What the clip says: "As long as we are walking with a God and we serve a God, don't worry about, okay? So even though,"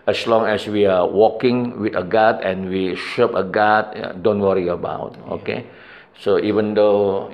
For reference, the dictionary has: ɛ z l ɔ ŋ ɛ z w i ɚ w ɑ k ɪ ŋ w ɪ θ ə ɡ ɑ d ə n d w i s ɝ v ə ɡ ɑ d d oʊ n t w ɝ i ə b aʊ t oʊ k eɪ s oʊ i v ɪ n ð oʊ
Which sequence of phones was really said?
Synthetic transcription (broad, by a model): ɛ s l ɔ ŋ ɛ s w i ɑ w ɑ k ɪ ŋ w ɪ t ə ɡ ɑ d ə n w i ʃ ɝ p ə ɡ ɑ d d oʊ n t w ɝ i ə b aʊ t oʊ k eɪ s oʊ i v ɪ n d oʊ